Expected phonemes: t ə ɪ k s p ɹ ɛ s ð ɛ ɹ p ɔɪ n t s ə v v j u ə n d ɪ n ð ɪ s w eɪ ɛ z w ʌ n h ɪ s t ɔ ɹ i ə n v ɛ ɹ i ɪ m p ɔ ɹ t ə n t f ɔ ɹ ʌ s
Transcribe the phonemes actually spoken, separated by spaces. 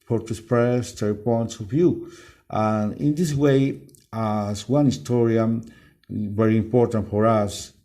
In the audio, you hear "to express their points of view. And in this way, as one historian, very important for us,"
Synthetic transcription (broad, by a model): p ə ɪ s p ɹ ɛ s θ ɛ p ɔɪ n t s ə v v j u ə n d ɪ n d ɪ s w eɪ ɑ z w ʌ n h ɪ s t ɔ ɹ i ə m v ɛ ɹ i ɪ m p ɔ ɹ t ə n t f ɔ ɹ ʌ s